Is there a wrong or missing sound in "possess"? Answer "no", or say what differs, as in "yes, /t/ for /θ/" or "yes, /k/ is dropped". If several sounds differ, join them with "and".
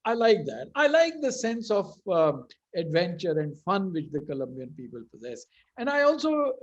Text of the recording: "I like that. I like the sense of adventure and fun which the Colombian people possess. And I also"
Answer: no